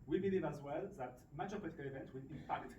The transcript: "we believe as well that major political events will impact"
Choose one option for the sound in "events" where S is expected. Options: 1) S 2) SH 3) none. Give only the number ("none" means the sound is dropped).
3